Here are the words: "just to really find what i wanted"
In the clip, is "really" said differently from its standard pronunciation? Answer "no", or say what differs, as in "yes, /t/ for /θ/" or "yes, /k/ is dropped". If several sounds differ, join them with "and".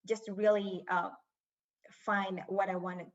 yes, /l/ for /ɹ/ and /l/ is dropped